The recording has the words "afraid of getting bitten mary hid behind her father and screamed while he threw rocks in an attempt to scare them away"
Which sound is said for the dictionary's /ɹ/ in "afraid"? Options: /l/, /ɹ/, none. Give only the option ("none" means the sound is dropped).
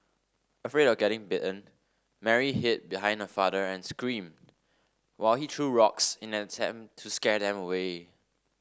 /ɹ/